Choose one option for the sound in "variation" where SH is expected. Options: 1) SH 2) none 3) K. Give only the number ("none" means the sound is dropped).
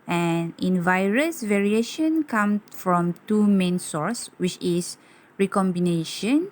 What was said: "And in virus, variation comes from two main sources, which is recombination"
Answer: 1